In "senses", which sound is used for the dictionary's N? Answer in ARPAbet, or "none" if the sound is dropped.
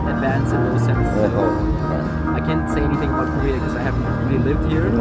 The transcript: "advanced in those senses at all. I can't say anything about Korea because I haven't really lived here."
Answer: none